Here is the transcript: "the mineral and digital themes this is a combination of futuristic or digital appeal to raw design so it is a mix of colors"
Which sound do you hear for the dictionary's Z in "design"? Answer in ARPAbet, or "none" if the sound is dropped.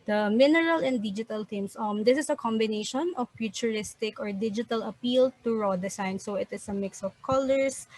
S